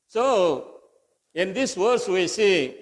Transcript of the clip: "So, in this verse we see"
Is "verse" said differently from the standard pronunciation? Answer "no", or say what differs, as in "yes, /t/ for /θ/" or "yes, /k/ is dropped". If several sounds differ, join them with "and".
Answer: yes, /w/ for /v/